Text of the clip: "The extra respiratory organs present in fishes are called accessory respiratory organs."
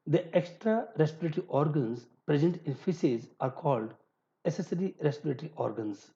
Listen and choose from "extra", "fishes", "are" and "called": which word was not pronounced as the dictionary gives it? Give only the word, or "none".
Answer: fishes